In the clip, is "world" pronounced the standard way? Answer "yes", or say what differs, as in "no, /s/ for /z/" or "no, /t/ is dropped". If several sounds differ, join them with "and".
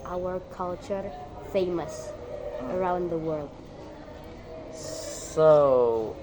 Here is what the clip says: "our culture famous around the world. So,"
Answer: yes